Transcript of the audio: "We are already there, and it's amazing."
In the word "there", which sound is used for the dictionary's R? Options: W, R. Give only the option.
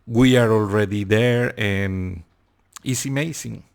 R